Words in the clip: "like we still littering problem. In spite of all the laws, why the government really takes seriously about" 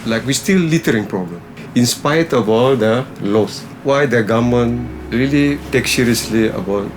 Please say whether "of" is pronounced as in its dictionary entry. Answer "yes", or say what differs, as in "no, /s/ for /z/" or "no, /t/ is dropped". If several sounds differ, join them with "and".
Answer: no, /b/ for /v/